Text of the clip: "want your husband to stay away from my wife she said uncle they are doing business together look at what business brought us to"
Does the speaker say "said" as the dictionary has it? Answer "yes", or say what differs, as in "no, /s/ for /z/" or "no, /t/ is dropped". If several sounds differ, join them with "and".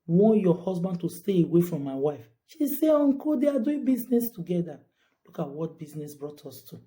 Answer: no, /d/ is dropped